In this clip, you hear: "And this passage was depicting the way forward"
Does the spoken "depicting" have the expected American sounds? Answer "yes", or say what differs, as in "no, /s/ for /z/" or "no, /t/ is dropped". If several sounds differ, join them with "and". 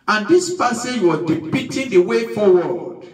no, /k/ is dropped